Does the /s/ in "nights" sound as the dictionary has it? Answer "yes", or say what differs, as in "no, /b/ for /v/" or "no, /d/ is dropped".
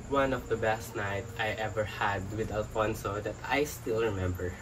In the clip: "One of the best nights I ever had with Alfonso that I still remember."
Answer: no, /s/ is dropped